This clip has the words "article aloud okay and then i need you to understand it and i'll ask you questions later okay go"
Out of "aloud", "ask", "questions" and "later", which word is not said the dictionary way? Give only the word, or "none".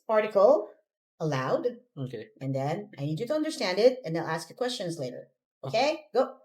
none